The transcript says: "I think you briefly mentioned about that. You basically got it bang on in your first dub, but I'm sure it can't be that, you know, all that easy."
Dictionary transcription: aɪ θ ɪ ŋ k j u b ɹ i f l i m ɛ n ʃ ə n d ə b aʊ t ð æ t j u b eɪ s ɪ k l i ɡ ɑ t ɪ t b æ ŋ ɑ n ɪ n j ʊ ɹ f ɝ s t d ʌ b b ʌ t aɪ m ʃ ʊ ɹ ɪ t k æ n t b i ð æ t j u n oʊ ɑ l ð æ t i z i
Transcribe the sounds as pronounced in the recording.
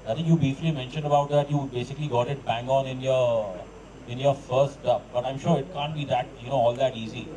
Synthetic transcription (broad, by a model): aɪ t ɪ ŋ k j u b i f l i m ɛ n ʃ ə n d ə b aʊ t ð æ t j u b eɪ s ɪ k l i ɡ ɑ t ɪ t b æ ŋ ɑ n ɪ n j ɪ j f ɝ s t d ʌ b b ʌ t aɪ m ʃ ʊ ɹ ɪ t k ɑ n t b i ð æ t j u n oʊ ɑ l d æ t i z i